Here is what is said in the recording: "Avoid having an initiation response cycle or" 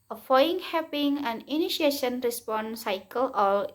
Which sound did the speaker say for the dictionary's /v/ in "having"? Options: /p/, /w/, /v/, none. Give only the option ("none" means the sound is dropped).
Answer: /p/